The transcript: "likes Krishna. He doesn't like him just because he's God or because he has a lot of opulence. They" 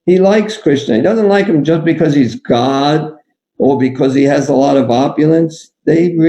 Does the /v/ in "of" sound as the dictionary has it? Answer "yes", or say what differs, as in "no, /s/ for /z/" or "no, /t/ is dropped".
yes